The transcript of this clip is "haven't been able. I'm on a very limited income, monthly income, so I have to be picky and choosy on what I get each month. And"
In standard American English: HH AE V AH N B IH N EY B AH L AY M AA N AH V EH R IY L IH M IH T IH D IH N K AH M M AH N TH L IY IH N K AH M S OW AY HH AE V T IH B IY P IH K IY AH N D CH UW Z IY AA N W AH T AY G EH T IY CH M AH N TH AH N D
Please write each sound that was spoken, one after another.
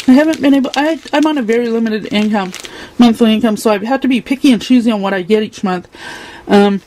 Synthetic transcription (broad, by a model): HH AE V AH N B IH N EY B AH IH AY M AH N AH V EH R IY L IH M IH T IH D IH N K AH M M AH N TH L IY IH N K AH M S OW AY HH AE F T IH B IY P IH K IY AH N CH UW Z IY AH N W AH T AY G EH T IY CH M AH N TH AH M